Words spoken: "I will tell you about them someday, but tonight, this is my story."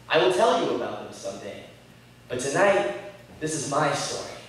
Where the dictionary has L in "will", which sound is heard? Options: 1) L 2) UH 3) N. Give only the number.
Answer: 1